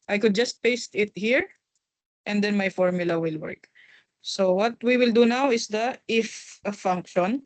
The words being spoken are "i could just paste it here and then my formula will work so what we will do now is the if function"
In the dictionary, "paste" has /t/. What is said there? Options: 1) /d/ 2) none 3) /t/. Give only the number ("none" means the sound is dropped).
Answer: 3